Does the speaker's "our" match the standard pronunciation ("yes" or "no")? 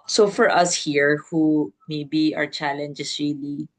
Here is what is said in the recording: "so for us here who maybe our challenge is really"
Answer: yes